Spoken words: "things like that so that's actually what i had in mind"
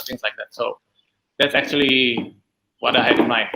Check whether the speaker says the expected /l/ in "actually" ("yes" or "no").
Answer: yes